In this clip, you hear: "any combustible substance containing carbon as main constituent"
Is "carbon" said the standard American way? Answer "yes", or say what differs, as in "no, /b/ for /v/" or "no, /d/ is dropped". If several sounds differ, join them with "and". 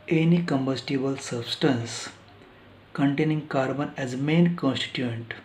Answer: yes